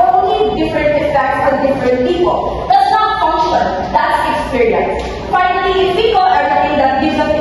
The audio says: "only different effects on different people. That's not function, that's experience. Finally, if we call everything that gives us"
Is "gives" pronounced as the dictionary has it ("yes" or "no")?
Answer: no